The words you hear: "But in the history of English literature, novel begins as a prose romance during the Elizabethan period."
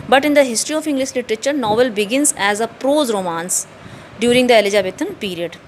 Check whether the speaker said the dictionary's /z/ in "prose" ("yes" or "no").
yes